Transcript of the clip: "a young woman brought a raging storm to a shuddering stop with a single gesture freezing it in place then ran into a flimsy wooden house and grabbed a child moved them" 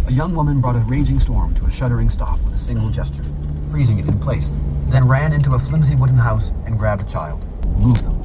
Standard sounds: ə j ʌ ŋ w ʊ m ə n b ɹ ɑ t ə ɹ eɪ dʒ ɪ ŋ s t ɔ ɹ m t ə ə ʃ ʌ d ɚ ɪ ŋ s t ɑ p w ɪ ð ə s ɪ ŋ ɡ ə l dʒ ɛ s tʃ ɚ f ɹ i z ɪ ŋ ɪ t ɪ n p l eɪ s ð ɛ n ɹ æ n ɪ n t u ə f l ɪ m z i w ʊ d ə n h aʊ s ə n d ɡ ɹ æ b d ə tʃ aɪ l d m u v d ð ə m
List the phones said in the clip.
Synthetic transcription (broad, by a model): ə j ʌ ŋ w ʊ m ə n b ɹ ɑ t ə ɹ eɪ dʒ ɪ ŋ s t ɔ ɹ m t ə ə ʃ ʌ d ɚ ɪ ŋ s t ɑ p w ɪ ð ə s ɪ ŋ ɡ l dʒ ɛ s tʃ ɚ f ɹ i z ɪ ŋ ɪ t ɪ n p l eɪ s ð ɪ n ɹ æ n ɪ n t u ə f l ɪ m z i w ʊ d n h aʊ s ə n ɡ ɹ æ b d ə tʃ aɪ l d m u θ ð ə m